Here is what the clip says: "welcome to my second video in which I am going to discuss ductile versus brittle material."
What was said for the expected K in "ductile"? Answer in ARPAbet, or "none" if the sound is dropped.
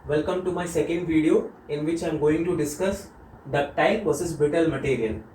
none